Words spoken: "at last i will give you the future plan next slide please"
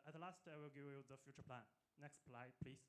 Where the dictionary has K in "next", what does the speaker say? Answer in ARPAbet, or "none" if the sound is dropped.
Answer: K